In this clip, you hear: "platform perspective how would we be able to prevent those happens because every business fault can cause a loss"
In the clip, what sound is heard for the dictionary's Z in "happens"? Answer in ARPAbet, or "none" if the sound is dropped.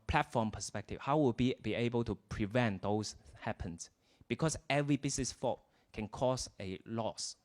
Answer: S